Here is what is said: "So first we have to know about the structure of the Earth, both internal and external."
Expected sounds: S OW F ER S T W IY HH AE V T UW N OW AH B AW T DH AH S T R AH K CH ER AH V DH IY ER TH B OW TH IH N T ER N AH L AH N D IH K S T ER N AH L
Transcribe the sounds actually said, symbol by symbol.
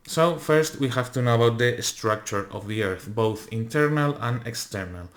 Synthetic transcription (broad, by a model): S OW F ER S T W IY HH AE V T UW N OW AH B AW T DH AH S T R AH K CH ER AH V DH IY ER TH B OW TH IH N T ER N AH L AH N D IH K S T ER N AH L